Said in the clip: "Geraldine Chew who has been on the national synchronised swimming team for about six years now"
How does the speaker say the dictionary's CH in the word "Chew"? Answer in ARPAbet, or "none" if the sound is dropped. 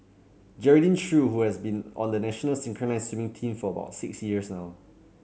SH